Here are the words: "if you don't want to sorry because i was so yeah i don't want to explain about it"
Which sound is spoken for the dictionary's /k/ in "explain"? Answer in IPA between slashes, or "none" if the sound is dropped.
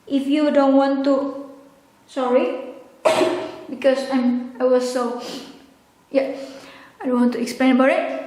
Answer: /k/